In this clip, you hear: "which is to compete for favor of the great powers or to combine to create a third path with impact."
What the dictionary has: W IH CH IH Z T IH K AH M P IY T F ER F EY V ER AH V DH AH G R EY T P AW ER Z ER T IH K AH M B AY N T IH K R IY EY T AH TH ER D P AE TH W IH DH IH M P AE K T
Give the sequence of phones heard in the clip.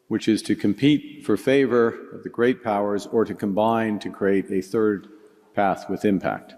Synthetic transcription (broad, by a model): W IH CH IH Z T IH K AH M P IY T F ER F EY V ER AH V DH AH G R EY T P AW ER Z ER T IH K AH M B AY N T IH K R IY EY T AH TH ER D P AE TH W IH DH IH M P AE K T